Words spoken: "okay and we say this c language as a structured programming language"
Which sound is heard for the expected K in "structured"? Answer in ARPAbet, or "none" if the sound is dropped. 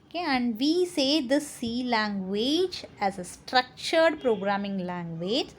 K